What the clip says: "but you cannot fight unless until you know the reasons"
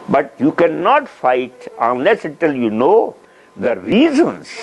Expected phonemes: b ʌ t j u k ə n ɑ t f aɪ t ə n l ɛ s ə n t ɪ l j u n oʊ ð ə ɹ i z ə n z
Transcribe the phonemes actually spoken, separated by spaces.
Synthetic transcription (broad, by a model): b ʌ t j u k ə n ɑ t f aɪ t ə n l ɛ s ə t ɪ l j u n oʊ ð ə ɹ i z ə n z